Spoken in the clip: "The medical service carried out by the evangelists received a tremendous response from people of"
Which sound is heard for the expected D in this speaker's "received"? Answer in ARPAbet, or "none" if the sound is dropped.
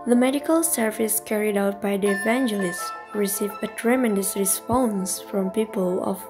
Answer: none